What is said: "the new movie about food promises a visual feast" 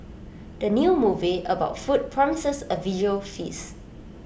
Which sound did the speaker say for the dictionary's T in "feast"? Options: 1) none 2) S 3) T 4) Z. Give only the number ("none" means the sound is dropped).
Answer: 1